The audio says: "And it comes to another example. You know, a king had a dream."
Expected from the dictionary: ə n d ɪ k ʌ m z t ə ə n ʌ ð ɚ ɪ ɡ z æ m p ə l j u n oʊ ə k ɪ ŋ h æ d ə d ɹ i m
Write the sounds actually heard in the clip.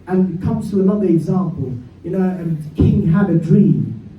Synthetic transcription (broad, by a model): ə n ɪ k ʌ m z t ə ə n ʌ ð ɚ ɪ ɡ z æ m p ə l j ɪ n oʊ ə k ɪ ŋ h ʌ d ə d ɹ i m